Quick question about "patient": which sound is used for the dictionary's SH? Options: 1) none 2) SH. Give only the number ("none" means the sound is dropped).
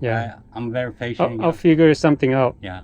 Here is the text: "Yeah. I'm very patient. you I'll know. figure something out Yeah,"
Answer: 1